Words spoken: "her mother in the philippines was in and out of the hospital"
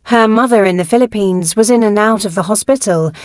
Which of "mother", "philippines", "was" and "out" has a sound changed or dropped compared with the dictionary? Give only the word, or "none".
none